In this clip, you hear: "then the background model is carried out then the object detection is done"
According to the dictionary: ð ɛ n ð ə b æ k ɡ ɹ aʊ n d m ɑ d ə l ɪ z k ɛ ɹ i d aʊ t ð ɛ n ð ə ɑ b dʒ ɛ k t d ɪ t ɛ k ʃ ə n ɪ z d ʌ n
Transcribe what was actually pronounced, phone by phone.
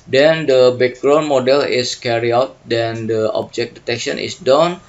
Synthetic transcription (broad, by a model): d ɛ n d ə b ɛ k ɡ ɹ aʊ n m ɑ d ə l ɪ s k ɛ ɹ i aʊ t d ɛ n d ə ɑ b dʒ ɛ k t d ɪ t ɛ k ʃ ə n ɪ s d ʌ n